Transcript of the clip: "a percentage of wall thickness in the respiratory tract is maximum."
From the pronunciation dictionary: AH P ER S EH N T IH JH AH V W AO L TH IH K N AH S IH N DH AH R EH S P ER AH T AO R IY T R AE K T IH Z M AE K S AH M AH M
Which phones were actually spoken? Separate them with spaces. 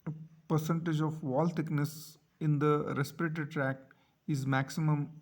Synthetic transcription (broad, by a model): P ER S EH N T IH JH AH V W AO L T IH K N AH S IH N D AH R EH S P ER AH T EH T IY T R AE K T IH Z M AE K S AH M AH M